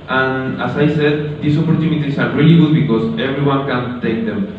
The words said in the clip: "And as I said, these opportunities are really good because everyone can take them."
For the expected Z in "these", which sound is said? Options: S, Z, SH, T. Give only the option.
S